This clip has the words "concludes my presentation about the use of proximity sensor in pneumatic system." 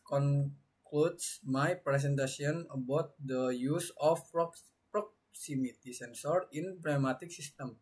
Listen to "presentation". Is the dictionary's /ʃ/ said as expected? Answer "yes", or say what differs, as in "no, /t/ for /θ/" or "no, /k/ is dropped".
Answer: no, /s/ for /ʃ/